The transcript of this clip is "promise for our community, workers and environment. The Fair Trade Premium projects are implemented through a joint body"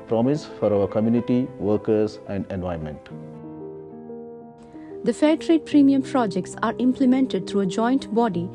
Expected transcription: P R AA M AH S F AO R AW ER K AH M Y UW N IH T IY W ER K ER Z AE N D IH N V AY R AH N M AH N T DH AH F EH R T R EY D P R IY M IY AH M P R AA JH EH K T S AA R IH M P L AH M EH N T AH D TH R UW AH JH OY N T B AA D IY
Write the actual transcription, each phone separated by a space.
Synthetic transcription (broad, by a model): P R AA M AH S F AO R AW ER K AH M Y UW N IH T IY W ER K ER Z AE N D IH N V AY AH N M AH N T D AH F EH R T R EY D P R IY M IY AH M P R AA JH EH K T S AA R IH M P L AH M EH N T AH D T R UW AH JH OY N T B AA D IY